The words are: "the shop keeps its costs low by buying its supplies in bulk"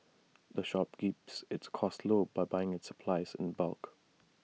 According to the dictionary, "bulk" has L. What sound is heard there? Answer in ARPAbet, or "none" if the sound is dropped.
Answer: L